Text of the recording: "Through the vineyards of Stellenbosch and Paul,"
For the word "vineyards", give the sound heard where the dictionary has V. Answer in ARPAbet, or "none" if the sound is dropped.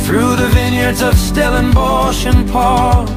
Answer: V